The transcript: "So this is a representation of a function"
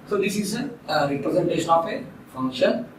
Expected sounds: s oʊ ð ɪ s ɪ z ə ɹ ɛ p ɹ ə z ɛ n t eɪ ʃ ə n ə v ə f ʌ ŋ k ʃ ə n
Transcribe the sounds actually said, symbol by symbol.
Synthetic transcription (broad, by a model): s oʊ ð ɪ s ɪ z ə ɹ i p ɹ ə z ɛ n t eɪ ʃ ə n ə p ə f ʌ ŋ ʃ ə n